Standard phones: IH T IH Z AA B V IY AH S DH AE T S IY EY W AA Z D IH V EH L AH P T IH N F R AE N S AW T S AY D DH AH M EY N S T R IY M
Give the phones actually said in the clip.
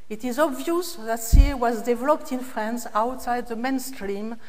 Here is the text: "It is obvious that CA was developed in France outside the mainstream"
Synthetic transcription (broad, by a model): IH T IH Z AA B V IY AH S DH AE T S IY W AA Z D IH V EH L AH P T IH N F R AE N S AW T S AY D DH AH M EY N S T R IY M